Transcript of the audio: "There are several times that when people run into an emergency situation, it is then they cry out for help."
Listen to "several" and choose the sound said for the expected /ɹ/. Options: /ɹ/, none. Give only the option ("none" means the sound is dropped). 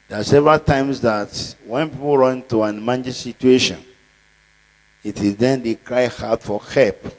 /ɹ/